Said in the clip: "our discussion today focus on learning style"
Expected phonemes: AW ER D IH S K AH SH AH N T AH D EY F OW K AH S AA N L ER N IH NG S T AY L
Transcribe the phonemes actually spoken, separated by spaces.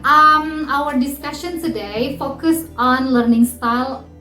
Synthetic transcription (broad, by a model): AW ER D IH S K AH SH AH N S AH D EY F OW K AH S AA N L ER N IH NG S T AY L